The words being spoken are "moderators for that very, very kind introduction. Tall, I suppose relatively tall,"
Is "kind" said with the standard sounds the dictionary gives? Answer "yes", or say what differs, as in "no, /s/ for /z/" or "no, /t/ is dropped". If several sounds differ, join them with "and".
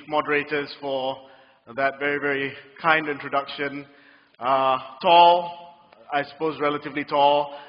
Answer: yes